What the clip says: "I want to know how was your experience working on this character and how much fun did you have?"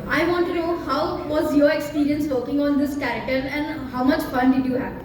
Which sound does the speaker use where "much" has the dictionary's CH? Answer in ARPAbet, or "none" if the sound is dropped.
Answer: CH